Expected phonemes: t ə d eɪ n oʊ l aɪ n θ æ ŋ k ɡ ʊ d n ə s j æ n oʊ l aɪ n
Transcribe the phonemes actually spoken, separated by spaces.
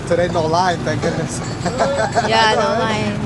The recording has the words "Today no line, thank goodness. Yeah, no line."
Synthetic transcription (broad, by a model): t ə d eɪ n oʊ l aɪ n t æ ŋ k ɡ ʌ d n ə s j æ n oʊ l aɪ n